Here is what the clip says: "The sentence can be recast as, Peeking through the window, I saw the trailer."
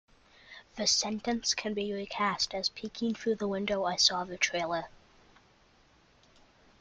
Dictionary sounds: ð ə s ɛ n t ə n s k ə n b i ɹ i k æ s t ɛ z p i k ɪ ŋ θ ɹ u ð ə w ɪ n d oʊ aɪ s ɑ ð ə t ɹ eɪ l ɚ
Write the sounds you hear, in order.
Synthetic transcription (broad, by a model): ð ə s ɛ n t ə n s k ə n b i ɹ i k æ s t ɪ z p i k ɪ ŋ θ ɹ u ð ə w ɪ n d oʊ aɪ s ɑ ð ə t ɹ eɪ l ɚ